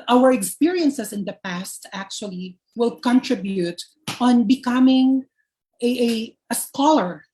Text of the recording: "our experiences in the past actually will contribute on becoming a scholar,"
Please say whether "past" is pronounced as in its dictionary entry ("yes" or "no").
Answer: yes